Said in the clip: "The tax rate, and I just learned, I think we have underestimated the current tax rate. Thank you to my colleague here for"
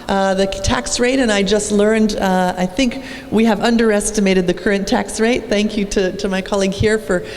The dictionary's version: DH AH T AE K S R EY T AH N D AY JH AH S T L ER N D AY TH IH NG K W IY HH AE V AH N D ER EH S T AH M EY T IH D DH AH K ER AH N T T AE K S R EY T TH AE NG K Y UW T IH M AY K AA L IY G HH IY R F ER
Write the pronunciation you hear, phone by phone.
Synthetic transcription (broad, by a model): DH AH T AE K S R EY T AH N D AY JH AH S T L ER N D AY TH IH NG K W IY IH V AH N D ER EH S T AH M EY T IH D DH AH K ER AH N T T AE K S R EY T TH AE NG K Y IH T IH M AY K AA L IY G HH IY R F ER